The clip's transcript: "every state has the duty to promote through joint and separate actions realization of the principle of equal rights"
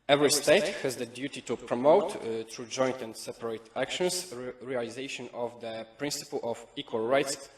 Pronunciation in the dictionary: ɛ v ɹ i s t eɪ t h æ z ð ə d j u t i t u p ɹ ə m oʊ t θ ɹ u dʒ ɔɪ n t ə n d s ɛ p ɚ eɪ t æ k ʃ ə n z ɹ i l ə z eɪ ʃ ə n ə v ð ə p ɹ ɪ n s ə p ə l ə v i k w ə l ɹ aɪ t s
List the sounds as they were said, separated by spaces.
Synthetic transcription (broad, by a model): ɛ v ɹ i s t eɪ t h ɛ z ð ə d j u t i t u p ɹ ə m oʊ t t ɹ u dʒ ɔɪ n t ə n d s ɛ p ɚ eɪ t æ k ʃ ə n s ɹ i l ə z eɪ ʃ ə n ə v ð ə p ɹ ɪ n s ə p ə l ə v i k w ə l ɹ aɪ t s